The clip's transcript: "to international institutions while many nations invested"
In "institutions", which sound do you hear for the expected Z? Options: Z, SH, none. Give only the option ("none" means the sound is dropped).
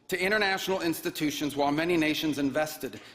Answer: Z